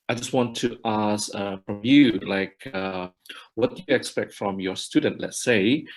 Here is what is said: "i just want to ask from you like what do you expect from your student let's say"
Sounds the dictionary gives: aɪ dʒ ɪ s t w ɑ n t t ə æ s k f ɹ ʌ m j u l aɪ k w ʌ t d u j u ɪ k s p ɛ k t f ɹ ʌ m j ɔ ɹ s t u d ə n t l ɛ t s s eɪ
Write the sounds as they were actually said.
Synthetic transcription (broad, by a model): aɪ dʒ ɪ s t w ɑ n t t ə s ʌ f ɹ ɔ m j u l aɪ k w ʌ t d u j u ɪ k s p ɛ k t f ɹ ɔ m j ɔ s t u d ə n t l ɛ t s s eɪ